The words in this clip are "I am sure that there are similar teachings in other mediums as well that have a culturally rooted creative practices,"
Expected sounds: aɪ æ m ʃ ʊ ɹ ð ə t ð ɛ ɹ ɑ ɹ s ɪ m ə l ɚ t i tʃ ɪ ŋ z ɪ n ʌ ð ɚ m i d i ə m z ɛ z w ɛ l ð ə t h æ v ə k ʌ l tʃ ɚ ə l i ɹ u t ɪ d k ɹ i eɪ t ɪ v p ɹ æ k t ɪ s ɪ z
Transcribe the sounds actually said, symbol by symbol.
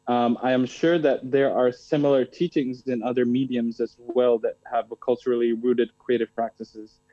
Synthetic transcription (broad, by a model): aɪ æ m ʃ ʊ ɹ ð ə t ð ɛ ɹ ɑ ɹ s ɪ m l ɚ t i tʃ ɪ ŋ z ɪ n ʌ ð ɚ m i d i ə m z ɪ z w ɛ l ð ə t h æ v k ʌ l tʃ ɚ l i ɹ u t ɪ d k ɹ i eɪ t ɪ v p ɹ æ k t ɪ s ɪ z